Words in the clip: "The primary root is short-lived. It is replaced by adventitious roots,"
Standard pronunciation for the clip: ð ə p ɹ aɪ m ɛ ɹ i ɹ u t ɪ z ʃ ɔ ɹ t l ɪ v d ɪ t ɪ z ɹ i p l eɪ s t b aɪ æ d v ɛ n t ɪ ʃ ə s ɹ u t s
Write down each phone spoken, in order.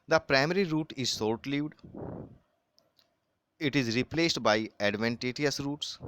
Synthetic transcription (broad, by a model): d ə p ɹ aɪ m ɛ ɹ i ɹ u t ɪ z s ɔ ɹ t l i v d ɪ t ɪ z ɹ i p l eɪ s t b aɪ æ d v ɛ n t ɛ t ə s ɹ u t s